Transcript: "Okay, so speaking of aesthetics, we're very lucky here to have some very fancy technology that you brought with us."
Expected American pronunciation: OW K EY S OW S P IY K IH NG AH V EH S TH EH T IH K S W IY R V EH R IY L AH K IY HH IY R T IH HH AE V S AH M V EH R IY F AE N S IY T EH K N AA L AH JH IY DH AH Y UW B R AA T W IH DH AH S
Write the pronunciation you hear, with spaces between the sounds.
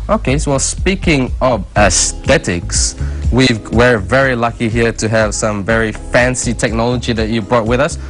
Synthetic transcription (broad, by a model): OW K EY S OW S P IY K IH NG AH V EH S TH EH T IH K S W IY W V EH R IY L AH K IY HH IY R T IH HH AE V S AH M V EH R IY F AE N S IY T EH K N AA L AH JH IY DH AH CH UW B R AA T W IH DH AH S